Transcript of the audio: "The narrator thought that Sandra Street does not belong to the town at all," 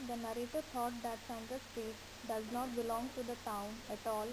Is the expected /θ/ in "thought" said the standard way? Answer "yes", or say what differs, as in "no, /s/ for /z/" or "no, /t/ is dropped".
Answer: no, /t/ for /θ/